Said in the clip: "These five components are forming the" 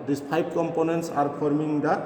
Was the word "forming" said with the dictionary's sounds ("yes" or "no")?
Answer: no